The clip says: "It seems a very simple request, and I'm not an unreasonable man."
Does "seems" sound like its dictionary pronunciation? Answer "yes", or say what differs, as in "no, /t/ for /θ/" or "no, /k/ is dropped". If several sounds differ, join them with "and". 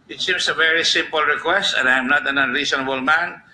no, /s/ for /z/